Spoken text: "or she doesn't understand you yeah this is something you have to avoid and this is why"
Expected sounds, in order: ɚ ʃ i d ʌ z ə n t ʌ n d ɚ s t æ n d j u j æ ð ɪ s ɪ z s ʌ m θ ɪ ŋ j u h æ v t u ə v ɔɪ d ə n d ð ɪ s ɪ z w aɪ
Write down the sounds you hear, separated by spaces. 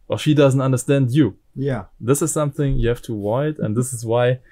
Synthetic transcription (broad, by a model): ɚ ʃ i d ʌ z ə n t ʌ n d ɚ s t æ n d j u j æ ð ɪ s ɪ z s ʌ m θ ɪ ŋ j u h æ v t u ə ɪ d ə n ð ɪ s ɪ z w aɪ